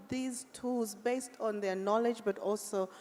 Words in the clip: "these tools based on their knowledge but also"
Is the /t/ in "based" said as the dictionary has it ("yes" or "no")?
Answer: yes